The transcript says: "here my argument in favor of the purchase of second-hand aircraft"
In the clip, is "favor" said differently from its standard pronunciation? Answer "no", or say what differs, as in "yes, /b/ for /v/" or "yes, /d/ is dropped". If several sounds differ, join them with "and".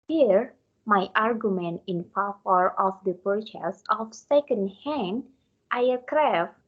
yes, /f/ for /v/